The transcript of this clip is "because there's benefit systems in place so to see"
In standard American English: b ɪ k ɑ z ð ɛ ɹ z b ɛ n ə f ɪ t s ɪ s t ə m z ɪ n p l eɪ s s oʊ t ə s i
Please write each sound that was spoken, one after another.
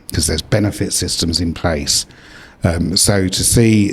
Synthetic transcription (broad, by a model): k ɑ z ð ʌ z b ɛ n ə f ɪ t s ɪ s t ə m z ɪ n p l eɪ s s oʊ t ə s i